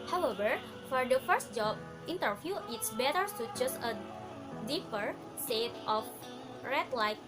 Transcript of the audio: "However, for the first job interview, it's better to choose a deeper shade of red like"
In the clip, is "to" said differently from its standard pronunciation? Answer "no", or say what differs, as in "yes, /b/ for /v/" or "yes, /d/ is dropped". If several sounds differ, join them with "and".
yes, /s/ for /t/